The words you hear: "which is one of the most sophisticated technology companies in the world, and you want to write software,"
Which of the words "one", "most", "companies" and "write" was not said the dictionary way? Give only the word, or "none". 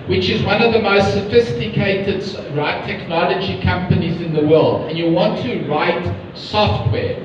none